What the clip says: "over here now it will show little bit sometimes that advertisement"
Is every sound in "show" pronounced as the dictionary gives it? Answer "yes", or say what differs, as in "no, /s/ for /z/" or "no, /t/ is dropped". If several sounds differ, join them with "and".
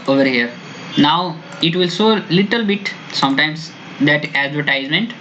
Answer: no, /s/ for /ʃ/